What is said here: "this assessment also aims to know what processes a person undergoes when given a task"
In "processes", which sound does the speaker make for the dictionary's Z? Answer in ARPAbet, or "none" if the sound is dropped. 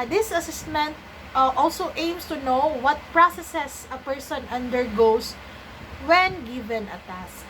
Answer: S